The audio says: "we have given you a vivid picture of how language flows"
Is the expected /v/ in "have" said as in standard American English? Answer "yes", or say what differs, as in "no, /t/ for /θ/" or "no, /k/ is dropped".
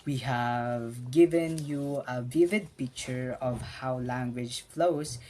yes